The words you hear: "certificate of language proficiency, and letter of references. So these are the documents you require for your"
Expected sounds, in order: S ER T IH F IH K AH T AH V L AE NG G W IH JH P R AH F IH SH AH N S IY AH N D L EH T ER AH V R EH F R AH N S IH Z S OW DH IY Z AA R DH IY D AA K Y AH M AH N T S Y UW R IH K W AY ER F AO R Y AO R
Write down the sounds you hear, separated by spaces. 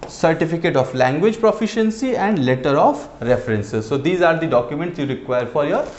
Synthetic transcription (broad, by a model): S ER T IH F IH K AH T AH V L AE NG G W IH JH P R AH F IH SH AH N S IY AH N D L EH T ER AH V R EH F R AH N S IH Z S OW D IY Z AA R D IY D AA K Y AH M AH N T S Y UW R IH K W AY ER F AO R Y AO R